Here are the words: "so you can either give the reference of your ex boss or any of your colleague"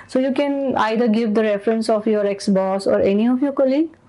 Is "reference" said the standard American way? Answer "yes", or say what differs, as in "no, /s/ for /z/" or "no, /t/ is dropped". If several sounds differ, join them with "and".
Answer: yes